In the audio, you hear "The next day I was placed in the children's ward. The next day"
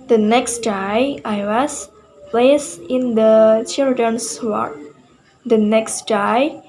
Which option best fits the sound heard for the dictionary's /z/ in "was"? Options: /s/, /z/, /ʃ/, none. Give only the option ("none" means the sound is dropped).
/s/